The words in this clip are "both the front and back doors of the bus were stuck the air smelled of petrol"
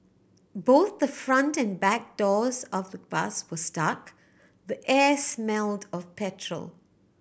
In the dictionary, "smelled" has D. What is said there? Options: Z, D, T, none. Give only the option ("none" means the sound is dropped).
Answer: D